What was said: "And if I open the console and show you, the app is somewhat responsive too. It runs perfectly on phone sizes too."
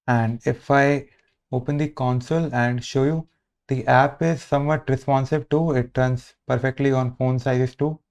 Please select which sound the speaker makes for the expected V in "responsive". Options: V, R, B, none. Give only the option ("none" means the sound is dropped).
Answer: B